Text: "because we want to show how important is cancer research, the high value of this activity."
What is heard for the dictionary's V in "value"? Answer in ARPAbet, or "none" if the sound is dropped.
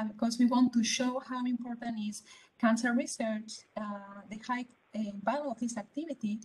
B